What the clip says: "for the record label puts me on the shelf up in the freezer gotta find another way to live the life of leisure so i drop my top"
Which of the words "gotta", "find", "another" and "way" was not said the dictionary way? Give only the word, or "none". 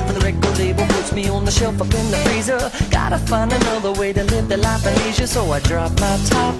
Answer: find